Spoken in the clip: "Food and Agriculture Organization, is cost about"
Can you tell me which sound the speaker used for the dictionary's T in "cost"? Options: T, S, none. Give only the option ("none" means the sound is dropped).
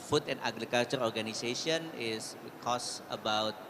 none